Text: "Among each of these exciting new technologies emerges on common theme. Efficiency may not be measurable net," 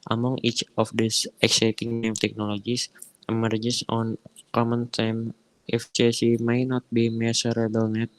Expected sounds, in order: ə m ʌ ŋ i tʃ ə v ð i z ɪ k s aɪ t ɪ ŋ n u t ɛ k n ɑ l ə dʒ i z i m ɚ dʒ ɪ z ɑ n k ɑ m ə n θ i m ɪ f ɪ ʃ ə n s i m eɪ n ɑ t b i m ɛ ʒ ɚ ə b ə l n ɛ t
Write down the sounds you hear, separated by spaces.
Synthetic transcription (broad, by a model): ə m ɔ ŋ i tʃ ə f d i s ɪ k s aɪ t ɪ ŋ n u t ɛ k n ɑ l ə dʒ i s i m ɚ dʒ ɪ s ɑ n k ɑ m ə n t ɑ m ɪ f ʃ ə s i m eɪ n ɑ t b i m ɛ s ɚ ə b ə l n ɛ t